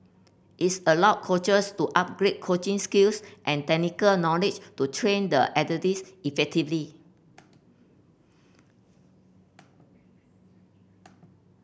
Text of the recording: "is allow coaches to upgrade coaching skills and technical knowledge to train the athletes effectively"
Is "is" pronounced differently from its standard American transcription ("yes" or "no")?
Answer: yes